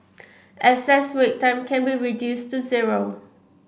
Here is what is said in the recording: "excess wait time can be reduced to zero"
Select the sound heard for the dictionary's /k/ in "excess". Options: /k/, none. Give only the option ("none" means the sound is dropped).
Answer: none